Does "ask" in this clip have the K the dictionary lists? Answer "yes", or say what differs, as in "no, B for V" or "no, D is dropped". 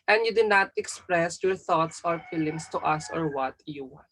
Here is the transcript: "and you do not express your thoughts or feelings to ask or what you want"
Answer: no, K is dropped